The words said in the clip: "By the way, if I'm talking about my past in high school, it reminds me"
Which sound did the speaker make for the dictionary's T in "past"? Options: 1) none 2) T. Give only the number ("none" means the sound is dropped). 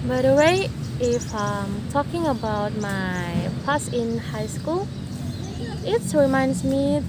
1